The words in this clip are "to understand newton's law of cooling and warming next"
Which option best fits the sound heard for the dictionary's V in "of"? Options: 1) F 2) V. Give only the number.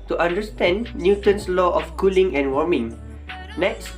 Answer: 1